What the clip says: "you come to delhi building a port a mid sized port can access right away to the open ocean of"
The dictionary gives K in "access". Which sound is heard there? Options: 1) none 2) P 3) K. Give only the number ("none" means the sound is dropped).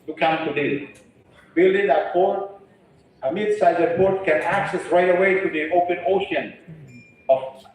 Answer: 3